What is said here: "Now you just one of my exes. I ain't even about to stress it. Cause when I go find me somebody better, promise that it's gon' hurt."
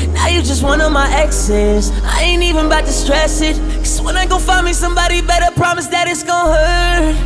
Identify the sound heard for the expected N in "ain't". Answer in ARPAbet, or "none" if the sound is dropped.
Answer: N